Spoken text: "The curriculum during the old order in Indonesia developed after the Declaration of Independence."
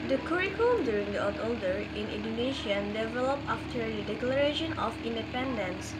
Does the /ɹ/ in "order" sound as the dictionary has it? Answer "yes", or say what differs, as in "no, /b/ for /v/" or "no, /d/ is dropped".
no, /l/ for /ɹ/